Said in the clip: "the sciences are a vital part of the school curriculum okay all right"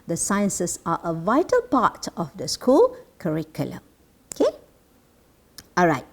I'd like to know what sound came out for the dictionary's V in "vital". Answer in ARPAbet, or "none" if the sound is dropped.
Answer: V